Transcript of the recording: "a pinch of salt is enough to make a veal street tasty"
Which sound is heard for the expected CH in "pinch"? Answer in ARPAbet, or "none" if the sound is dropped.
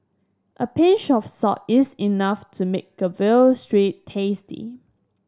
SH